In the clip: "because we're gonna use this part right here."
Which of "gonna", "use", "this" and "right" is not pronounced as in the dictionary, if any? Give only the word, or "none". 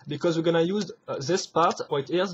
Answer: right